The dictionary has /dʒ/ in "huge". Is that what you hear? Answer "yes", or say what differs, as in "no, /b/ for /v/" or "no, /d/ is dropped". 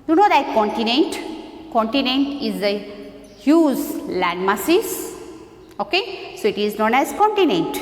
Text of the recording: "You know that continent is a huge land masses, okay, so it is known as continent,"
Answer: no, /z/ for /dʒ/